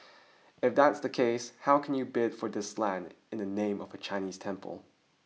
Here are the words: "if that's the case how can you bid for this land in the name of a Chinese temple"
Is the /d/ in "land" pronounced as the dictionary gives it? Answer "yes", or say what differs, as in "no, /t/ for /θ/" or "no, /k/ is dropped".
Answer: yes